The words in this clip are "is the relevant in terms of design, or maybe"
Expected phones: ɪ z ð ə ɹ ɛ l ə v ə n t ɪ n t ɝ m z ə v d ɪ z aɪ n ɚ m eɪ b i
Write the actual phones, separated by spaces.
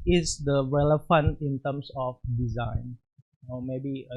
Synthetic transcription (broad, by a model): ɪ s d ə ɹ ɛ l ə f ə n ɪ n t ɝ m s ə f d ɪ z aɪ n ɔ m eɪ b i